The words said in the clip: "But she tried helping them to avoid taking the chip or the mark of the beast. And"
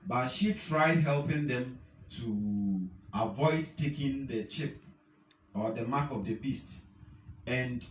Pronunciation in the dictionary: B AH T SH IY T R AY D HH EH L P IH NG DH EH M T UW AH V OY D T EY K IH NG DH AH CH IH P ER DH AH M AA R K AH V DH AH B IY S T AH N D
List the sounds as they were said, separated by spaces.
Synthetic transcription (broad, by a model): B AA T SH IY T R AY D HH EH L P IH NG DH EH M T UW AH V OY D T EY K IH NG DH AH CH IH P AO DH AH M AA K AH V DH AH B IY S T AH N D